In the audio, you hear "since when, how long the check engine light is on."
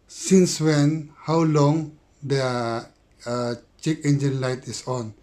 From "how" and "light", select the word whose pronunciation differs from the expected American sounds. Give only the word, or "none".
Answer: none